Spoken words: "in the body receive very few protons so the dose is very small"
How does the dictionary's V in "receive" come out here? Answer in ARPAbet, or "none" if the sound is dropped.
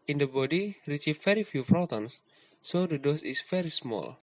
F